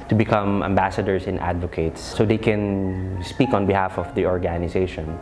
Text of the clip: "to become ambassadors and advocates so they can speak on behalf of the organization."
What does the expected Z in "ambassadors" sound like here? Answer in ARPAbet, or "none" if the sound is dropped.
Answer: S